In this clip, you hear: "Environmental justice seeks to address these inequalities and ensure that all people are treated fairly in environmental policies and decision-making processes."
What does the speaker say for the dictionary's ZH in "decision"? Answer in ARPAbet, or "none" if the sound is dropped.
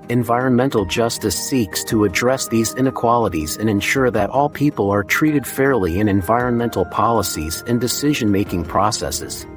ZH